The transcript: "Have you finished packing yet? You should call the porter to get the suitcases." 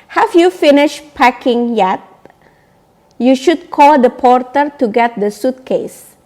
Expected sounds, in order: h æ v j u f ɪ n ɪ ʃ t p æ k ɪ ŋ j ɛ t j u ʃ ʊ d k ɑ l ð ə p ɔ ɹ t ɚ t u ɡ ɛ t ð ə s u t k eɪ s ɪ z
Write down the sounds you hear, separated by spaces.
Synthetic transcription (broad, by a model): h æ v j u f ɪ n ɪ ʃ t p æ k ɪ ŋ j ɛ t j u ʃ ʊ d k ɑ l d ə p ɔ ɹ t ɚ t u ɡ ɛ t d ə s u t k eɪ s